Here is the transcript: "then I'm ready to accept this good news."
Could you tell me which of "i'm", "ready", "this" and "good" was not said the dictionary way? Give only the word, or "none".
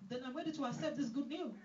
ready